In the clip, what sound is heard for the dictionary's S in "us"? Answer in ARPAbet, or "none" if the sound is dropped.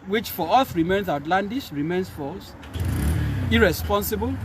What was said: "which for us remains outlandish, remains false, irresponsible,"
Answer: TH